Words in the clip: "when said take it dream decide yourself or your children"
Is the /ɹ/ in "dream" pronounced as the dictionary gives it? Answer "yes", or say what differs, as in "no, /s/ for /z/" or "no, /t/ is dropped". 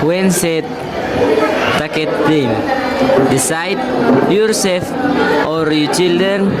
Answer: no, /ɹ/ is dropped